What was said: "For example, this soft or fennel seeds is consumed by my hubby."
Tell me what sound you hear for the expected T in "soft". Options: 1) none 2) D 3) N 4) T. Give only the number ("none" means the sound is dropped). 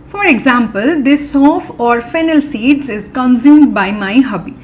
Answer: 1